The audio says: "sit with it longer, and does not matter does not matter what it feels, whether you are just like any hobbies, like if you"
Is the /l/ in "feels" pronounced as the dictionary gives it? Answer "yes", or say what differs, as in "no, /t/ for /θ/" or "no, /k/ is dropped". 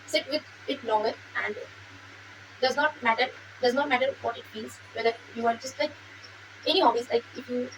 no, /n/ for /l/